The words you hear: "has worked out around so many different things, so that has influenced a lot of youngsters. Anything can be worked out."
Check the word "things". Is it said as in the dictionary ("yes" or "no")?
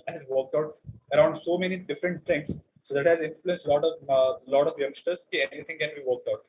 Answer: no